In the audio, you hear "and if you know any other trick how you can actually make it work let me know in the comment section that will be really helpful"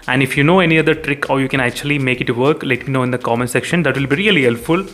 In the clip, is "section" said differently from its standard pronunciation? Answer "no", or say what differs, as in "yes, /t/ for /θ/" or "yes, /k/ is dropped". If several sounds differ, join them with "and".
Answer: no